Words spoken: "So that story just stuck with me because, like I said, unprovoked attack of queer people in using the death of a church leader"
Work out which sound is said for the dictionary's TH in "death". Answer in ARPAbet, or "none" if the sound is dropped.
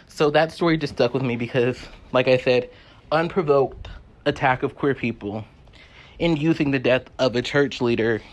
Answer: TH